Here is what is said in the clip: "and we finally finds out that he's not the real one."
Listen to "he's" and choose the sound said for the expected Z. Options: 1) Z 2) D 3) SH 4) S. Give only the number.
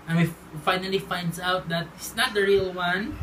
4